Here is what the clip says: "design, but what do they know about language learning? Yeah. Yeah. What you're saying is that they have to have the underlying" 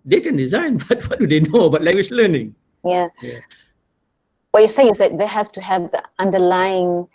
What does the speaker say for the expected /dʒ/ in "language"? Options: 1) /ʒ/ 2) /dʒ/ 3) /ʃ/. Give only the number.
3